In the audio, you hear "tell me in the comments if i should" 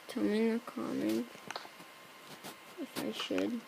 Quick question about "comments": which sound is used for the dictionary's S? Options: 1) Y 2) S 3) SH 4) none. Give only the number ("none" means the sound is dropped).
4